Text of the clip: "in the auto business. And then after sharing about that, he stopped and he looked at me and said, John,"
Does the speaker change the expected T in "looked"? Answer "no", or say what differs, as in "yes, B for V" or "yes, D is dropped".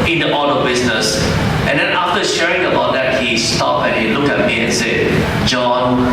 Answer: yes, T is dropped